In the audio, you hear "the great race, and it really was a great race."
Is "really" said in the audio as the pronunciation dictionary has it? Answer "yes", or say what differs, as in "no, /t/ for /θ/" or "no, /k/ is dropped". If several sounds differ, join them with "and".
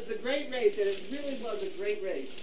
yes